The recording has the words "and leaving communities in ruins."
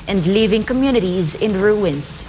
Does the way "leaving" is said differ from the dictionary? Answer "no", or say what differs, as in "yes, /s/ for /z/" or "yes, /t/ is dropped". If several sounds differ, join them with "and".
no